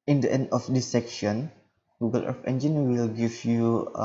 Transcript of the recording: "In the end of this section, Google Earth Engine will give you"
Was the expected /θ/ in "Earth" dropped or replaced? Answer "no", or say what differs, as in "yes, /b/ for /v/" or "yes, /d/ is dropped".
yes, /f/ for /θ/